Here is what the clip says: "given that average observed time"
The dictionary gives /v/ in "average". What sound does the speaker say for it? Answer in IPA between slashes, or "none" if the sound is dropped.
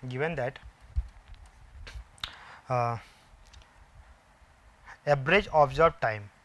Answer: /b/